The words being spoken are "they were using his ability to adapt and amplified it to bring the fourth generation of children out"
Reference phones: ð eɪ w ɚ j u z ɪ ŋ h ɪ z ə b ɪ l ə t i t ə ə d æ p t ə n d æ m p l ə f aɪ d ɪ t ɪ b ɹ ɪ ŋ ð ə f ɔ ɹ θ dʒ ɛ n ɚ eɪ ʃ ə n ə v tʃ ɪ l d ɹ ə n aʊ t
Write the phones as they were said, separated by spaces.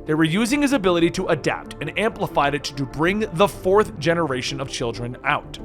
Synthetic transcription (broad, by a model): ð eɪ w ɚ j u z ɪ ŋ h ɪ z ə b ɪ l ə t i t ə ə d æ p t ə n æ m p l ə f aɪ d ɪ t ɪ b ɹ ɪ ŋ ð ə f ɔ ɹ θ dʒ ɛ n ɚ eɪ ʃ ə n ə v tʃ ɪ l d ɹ ə n aʊ t